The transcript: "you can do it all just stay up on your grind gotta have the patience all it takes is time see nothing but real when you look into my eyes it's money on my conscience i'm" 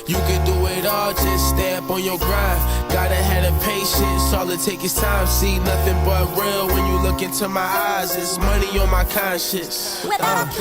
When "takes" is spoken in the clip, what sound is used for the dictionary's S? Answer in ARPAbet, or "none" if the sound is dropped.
none